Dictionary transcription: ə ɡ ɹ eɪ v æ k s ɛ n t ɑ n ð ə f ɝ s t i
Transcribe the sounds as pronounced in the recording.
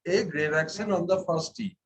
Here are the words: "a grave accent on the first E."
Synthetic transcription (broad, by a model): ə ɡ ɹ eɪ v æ k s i n ɑ n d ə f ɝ s t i